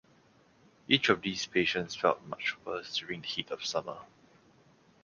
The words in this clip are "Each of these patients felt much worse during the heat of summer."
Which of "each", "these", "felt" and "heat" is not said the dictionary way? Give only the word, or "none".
these